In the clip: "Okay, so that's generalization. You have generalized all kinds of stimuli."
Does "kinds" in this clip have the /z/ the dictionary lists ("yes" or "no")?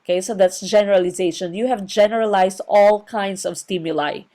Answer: no